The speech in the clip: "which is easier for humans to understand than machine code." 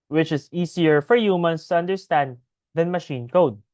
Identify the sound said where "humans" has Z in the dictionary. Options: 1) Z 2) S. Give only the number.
2